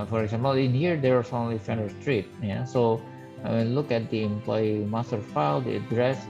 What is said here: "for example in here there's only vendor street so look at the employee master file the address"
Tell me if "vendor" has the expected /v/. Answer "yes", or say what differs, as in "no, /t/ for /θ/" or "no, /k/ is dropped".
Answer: no, /f/ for /v/